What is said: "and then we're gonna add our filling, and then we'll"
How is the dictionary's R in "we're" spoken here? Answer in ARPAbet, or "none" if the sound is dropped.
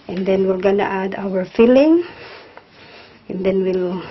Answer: L